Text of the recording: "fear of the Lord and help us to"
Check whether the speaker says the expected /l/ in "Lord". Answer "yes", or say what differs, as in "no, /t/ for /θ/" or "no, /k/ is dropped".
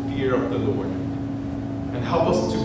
yes